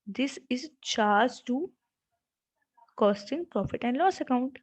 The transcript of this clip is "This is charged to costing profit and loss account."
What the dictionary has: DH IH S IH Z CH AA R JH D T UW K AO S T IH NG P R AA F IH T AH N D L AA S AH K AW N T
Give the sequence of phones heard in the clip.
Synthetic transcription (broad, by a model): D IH S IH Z CH AA R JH T UW K AO S T IH NG P R AA F IH T AH N D L AA S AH K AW N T